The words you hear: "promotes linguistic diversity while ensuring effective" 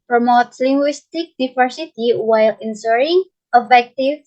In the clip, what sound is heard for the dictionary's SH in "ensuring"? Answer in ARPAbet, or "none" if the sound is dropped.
S